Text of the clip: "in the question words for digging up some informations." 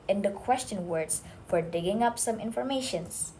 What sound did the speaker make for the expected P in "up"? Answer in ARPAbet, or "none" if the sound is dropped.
P